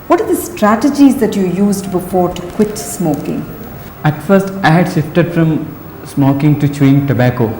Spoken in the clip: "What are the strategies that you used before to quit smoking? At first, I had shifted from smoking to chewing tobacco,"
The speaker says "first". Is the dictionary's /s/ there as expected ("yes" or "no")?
yes